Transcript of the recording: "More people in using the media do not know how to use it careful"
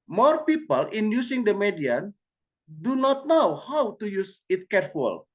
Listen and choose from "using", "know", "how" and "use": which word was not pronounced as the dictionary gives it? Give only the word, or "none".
using